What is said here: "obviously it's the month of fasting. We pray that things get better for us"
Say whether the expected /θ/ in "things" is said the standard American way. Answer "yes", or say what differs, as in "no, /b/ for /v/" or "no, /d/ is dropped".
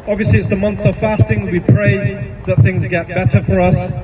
yes